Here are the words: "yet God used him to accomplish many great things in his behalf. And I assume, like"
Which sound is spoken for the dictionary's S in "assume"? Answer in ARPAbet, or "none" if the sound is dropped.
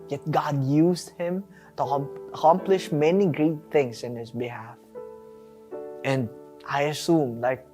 S